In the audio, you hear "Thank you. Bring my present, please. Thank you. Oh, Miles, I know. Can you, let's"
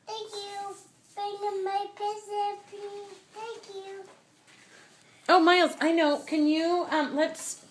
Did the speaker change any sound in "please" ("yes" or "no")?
yes